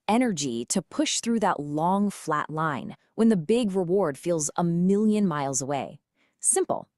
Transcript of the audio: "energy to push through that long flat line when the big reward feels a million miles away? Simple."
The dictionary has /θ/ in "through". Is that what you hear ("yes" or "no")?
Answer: yes